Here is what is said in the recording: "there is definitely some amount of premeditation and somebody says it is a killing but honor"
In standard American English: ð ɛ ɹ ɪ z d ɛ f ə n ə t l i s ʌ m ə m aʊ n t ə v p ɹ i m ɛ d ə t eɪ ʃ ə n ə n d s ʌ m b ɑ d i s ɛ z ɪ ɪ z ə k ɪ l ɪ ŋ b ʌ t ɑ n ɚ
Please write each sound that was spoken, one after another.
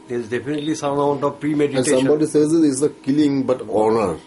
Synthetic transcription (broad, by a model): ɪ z d ɛ f ə n ə t l i s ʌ ə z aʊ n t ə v p ɹ i m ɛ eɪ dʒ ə ə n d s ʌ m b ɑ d i s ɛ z ɪ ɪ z ə k ɪ l ɪ ŋ b ʌ t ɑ n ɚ